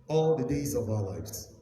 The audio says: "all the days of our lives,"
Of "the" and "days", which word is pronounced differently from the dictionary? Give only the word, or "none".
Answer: none